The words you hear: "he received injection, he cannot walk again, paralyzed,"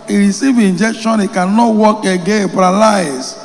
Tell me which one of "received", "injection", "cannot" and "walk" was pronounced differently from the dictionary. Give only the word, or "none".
received